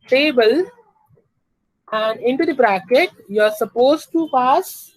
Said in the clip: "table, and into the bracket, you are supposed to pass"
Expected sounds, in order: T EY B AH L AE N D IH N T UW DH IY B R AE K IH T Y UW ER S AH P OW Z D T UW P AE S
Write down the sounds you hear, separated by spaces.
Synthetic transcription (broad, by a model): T EY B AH L AE N D IH N T UW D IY B R AE K IH T Y UW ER S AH P OW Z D T UW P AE S